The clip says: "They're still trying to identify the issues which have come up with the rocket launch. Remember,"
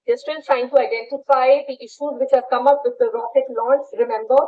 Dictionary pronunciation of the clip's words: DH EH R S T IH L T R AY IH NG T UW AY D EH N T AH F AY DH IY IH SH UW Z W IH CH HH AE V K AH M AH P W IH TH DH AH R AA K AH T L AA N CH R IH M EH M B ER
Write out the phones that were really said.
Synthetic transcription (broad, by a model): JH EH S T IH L T R AY IH NG T UW AY D EH N T AH F AY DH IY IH SH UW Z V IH CH HH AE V K AH M AH P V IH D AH R AA K AH T L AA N S R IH M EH M B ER